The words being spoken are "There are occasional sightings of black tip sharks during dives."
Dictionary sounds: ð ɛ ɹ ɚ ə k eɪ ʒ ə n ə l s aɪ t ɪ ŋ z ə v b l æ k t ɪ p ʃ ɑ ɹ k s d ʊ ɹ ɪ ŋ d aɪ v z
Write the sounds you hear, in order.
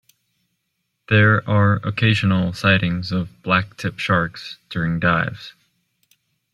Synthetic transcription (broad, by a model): ð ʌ ɹ ɚ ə k eɪ ʒ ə n l s aɪ t ɪ ŋ z ə v b l æ k t ɪ p ʃ ɑ ɹ k s d ʊ ɹ ɪ ŋ d aɪ v z